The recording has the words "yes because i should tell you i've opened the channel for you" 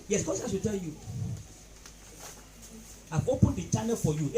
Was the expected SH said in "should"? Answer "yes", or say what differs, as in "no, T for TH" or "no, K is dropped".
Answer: no, S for SH